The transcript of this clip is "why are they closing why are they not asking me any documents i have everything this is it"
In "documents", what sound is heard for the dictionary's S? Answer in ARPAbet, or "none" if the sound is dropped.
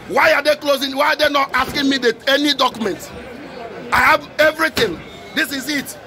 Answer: none